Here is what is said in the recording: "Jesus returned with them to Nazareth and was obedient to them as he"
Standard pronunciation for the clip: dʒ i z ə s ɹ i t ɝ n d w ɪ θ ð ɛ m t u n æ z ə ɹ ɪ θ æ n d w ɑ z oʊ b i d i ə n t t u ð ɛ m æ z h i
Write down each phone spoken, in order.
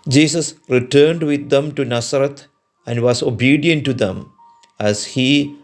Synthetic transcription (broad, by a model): dʒ i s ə s ɹ i t ɝ n d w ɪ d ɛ m t u n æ s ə ɹ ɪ t æ n d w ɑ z oʊ b i d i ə n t t u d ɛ m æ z h i